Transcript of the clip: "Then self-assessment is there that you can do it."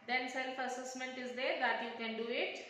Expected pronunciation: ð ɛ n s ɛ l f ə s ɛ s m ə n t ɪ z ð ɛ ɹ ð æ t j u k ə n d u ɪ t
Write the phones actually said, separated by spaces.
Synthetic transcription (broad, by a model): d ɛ n s ɛ l f ə s ɛ s m ə n t ɪ z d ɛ ɹ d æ t j u k ə n d u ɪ t